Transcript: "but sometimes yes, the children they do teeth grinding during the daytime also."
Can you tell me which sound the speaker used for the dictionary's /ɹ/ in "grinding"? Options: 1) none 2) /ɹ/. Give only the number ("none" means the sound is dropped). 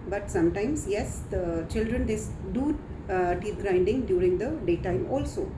2